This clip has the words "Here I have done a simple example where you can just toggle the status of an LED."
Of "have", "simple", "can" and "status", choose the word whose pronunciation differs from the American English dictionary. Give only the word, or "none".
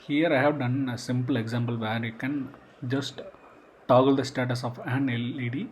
none